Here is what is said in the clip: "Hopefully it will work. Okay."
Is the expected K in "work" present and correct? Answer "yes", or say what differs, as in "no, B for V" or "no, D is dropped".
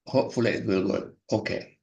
no, K is dropped